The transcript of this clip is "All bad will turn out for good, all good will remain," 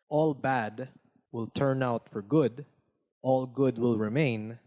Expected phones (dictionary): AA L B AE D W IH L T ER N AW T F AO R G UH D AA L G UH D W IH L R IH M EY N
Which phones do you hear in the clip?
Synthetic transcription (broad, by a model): AA L B AE D W IH L T ER N AW T F AO R G UH D AA L G UH D W IH L R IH M EY N